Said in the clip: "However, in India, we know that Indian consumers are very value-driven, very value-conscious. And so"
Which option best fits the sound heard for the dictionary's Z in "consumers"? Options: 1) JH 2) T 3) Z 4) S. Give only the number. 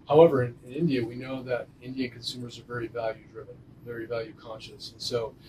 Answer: 3